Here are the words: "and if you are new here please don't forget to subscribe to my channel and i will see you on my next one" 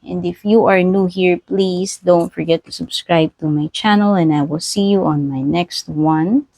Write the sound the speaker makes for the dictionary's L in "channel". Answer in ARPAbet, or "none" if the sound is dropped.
L